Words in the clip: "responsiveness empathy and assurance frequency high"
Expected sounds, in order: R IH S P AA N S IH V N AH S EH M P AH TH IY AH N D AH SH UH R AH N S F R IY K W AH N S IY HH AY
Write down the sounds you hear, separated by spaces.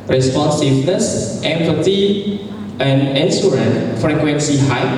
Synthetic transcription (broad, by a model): R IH S P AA N S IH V N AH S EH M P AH T IY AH N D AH S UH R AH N F R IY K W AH N S IY HH AY